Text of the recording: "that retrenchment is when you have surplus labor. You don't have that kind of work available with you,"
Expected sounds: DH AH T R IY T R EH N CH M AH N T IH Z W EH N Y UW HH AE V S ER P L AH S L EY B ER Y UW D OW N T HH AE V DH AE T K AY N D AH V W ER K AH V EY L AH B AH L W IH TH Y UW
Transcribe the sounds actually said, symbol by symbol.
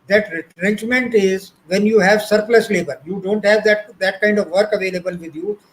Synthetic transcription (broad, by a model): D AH T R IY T R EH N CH M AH N T IH Z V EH N Y UW HH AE V S ER P L AH S L EY B ER Y UW D OW N T HH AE V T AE T K AY N D AH V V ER K AH V EY L AH B AH L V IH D Y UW